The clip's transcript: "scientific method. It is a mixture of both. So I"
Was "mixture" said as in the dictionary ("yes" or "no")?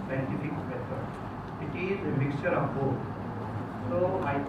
yes